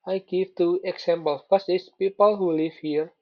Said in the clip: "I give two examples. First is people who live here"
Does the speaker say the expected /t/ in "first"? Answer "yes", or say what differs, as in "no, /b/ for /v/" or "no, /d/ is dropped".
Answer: no, /t/ is dropped